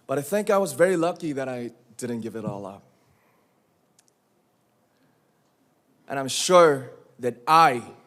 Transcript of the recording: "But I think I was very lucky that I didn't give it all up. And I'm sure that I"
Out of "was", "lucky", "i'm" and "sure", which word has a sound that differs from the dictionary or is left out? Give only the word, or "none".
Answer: none